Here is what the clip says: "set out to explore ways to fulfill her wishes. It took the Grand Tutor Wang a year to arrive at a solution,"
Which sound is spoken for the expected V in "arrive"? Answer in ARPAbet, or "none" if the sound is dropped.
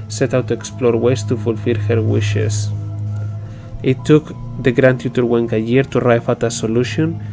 F